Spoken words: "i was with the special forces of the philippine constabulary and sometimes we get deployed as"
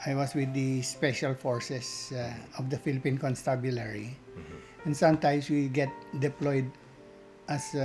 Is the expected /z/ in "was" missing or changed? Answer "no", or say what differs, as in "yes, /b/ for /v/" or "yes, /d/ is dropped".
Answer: yes, /s/ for /z/